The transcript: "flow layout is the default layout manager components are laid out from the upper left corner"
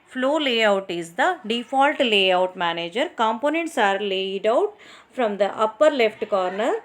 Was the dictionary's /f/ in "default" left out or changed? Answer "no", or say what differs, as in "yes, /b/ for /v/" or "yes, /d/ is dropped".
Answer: no